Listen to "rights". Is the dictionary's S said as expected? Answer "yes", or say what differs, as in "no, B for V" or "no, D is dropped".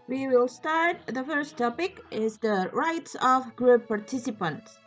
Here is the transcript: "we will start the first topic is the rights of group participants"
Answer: yes